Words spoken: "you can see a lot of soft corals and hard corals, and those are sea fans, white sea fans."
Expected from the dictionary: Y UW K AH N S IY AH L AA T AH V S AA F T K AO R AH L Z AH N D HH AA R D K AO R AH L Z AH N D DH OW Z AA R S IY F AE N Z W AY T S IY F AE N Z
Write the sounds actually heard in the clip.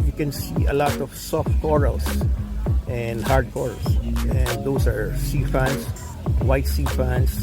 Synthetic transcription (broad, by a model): Y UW K AH N S IY AH L AA T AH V S AA F T K AO R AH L S AH N D HH AA R D K AO R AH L S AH N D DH OW S AA R S IY F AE N S W AY T S IY F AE N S